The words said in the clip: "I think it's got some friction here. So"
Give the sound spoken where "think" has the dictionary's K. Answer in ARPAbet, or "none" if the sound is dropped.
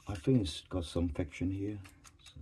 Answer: none